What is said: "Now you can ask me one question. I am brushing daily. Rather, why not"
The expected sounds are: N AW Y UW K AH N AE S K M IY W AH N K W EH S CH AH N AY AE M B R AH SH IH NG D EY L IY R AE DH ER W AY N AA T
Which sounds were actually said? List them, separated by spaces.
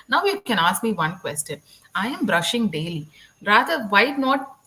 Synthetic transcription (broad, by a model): N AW Y UW K AH N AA S K M IY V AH N K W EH S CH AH N AY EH M B R AH SH IH NG D EY L IY R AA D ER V AY N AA T